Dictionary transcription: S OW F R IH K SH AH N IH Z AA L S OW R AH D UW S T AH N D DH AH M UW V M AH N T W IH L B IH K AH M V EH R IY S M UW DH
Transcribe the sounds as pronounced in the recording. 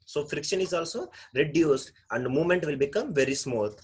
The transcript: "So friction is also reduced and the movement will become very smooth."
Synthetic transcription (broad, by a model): S OW F R IH K SH AH N IH Z AA L S OW R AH D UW S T AH N D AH M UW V M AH N T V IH L B IH K AH M V EH R IY S M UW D